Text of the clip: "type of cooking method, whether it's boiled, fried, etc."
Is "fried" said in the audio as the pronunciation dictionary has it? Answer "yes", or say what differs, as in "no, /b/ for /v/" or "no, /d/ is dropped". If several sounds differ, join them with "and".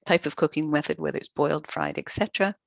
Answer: yes